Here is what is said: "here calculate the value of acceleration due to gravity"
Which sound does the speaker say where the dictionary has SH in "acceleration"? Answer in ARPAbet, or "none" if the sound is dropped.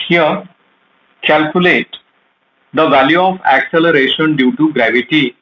SH